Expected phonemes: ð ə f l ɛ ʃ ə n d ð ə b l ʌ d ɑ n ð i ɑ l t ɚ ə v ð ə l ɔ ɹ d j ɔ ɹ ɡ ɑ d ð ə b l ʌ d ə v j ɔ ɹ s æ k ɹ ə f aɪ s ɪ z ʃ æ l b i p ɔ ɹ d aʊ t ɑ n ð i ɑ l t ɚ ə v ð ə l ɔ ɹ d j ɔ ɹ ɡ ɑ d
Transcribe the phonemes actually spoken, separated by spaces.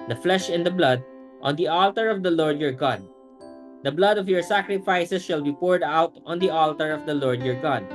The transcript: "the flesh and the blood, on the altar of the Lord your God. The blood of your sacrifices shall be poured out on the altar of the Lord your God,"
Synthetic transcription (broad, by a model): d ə f l ɛ ʃ ə n d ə b l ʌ d ɑ n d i ɑ l t ɚ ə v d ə l ɔ ɹ d j ɔ ɹ ɡ ɑ d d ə b l ʌ d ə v j ɔ ɹ s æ k ɹ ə f aɪ s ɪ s ʃ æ l b i p ɔ ɹ d aʊ t ɑ n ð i ɑ l t ɚ ə v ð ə l ɔ ɹ d j ɔ ɹ ɡ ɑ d